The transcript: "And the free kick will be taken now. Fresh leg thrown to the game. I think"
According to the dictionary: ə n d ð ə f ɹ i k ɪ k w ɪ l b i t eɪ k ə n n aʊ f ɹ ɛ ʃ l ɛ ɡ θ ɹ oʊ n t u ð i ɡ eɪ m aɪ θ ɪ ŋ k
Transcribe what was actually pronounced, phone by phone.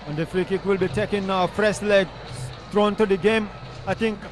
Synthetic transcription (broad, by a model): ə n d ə f ɹ i k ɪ k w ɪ l b i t eɪ k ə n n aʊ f ɹ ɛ s l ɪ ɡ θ ɹ oʊ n t u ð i ɡ eɪ m aɪ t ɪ ŋ k